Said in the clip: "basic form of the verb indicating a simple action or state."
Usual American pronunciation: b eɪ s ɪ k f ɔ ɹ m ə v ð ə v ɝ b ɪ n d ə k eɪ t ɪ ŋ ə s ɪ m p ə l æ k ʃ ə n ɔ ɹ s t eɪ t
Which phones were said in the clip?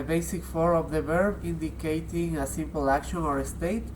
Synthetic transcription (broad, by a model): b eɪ s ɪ k f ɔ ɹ ə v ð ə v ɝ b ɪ n d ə k eɪ t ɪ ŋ ə s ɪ m p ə l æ k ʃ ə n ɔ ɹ s t eɪ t